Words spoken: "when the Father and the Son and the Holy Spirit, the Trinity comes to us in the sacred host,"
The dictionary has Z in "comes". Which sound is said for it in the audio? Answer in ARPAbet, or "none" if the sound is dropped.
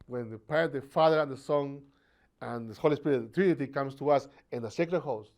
S